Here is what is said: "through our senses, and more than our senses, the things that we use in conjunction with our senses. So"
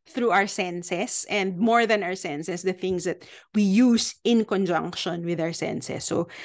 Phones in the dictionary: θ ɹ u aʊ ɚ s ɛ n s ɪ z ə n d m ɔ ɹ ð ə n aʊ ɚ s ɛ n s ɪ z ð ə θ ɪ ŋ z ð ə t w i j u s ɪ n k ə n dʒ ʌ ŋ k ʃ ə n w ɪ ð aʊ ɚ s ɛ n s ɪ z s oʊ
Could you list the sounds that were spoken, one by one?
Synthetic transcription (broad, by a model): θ ɹ u aʊ ɚ s ɛ n s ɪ s ə n d m ɔ ɹ ð ə n aʊ ɚ s ɛ n s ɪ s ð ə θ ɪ ŋ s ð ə t w i j u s ɪ n k ə n dʒ ʌ ŋ k ʃ ə n w ɪ ð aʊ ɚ s ɛ n s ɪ s oʊ